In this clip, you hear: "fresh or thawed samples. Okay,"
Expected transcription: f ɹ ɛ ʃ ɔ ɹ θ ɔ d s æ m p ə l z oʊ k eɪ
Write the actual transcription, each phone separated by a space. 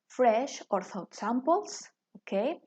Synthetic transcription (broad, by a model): f ɹ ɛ ʃ ɔ ɹ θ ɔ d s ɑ m p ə l s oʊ k eɪ